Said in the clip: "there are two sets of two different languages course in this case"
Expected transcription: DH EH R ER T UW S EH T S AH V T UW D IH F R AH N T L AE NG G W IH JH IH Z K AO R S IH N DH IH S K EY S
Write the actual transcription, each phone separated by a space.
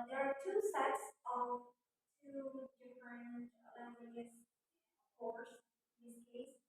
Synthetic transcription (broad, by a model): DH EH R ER T UW S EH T S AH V T UW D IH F R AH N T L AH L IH IH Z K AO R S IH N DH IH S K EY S